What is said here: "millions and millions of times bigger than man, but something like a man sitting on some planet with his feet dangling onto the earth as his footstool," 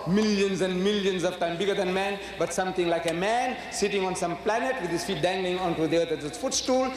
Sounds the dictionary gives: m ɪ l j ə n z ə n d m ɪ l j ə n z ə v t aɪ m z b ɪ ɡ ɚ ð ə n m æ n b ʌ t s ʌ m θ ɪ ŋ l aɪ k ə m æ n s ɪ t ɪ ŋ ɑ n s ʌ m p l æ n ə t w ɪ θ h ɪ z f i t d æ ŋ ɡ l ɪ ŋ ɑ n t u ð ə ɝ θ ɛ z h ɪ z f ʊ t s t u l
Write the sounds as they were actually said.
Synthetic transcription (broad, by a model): m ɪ l j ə n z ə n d m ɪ l j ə n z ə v t aɪ m b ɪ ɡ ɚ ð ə n m æ n b ʌ t s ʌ m t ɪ ŋ l aɪ k ə m æ n s ɪ t ɪ ŋ ɑ n s ʌ m p l æ n ə t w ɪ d h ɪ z f i t d æ ŋ ɡ l ɪ ŋ ɑ n t u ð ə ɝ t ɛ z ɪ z f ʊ t s t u l